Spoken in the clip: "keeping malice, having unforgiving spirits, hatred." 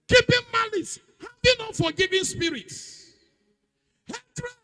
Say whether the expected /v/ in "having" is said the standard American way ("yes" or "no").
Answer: no